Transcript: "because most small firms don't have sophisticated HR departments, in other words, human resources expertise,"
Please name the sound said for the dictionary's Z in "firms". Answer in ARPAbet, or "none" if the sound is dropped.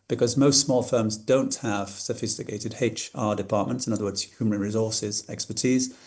Z